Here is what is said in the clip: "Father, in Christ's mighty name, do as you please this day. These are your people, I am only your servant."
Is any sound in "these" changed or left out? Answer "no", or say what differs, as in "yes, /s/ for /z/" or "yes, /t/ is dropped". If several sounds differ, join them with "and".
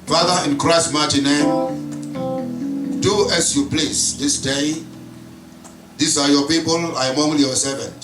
yes, /s/ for /z/